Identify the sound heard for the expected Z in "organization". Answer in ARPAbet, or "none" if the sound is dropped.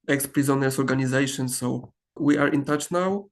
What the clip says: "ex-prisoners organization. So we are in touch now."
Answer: Z